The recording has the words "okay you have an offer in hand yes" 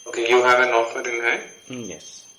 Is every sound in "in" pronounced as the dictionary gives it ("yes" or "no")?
no